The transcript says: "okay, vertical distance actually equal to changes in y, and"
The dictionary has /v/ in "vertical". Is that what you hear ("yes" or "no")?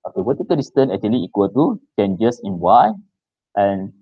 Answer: no